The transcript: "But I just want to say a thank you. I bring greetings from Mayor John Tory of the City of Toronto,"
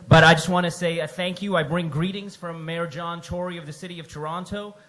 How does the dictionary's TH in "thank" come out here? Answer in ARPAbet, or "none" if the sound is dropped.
TH